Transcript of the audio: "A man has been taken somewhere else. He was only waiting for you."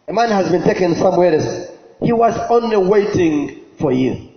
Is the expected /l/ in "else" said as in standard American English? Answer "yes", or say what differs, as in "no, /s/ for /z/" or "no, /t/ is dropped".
no, /l/ is dropped